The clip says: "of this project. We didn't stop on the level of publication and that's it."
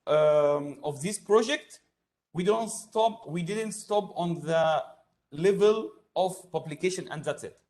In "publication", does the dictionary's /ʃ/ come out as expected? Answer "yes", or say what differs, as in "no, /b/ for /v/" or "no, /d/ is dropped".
yes